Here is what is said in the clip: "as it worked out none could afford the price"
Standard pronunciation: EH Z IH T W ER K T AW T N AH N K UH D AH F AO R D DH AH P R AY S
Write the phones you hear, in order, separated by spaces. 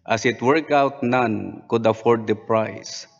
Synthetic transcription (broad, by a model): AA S IH T W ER K AW T N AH N K UH D AH F AO R D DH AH P R AY S